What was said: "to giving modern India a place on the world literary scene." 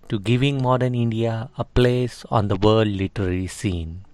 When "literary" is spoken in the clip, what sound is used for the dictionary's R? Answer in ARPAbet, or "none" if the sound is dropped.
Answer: L